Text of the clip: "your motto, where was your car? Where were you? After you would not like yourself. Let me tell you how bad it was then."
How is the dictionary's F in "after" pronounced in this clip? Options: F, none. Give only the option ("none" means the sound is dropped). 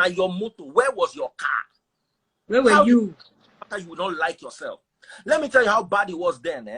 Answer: none